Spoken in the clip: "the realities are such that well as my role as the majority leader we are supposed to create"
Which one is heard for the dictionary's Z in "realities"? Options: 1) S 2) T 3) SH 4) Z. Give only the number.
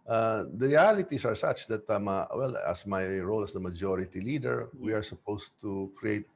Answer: 1